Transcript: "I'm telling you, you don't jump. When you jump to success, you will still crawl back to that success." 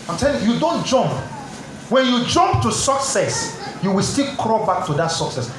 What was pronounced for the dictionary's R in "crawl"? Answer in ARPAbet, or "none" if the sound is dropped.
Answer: R